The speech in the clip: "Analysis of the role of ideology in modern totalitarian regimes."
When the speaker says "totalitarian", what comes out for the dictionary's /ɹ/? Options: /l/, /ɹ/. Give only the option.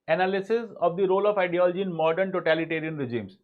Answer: /ɹ/